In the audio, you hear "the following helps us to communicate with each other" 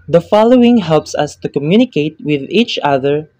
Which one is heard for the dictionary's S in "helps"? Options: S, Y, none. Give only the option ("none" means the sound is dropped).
S